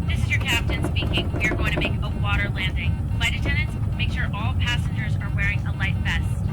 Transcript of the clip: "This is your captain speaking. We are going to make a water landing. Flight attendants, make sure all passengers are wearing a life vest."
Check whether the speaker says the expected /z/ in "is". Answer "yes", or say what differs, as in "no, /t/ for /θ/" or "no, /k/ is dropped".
yes